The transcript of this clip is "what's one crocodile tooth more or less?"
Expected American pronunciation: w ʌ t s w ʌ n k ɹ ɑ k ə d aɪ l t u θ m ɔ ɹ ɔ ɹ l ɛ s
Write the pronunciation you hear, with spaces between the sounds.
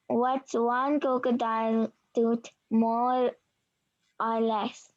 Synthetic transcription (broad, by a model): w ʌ t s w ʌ n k ɔ k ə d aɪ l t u t m ɔ ɹ ɔ ɹ l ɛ s